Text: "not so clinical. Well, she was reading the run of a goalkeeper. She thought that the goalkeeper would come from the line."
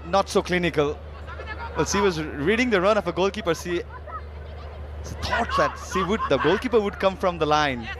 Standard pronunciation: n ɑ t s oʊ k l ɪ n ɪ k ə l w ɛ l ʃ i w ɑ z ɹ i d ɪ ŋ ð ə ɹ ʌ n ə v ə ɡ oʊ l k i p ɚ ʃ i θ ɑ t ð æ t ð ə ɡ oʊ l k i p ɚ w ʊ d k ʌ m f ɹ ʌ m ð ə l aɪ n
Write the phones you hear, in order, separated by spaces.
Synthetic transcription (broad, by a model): n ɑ t s oʊ k l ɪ n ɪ k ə l w ɛ l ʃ i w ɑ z ɹ i d ɪ ŋ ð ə ɹ ʌ n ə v ə ɡ oʊ l k i p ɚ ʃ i t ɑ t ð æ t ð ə ɡ oʊ l k i p ɚ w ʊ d k ʌ m f ɹ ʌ m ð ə l aɪ n